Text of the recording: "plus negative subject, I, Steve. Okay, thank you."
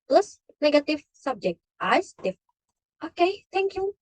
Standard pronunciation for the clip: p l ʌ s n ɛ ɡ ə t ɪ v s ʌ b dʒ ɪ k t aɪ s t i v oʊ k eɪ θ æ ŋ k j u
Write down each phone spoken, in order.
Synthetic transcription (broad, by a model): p l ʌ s n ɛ ɡ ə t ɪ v s ʌ b dʒ ɪ k t aɪ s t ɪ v oʊ k eɪ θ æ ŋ k j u